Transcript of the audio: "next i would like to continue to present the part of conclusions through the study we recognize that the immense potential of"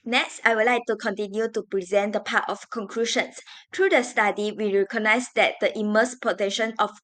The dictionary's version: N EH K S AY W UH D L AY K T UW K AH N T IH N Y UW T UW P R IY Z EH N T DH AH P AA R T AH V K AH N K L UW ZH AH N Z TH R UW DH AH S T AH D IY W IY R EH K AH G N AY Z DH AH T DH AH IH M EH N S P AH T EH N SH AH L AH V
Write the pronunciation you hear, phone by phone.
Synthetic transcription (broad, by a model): N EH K S AY W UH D L AY K T UW K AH N T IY N Y UW T UW P R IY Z EH N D AH P AA T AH F K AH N K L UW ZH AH N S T R UW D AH S T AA D IY W IY R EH K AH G N AY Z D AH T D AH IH M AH S P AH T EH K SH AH N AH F